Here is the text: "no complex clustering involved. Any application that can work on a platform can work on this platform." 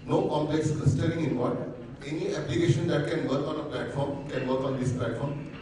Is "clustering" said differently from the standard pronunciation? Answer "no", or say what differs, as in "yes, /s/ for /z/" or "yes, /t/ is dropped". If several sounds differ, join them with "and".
yes, /l/ is dropped